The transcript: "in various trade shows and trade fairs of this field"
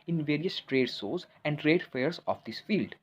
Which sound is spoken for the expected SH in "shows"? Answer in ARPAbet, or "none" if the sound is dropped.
S